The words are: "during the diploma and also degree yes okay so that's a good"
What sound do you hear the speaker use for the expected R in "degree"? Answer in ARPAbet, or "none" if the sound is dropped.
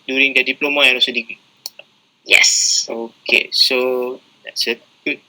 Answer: none